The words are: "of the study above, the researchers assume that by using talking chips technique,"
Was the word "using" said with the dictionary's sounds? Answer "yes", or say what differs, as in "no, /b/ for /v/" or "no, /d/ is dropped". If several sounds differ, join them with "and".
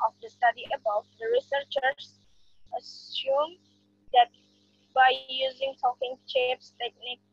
yes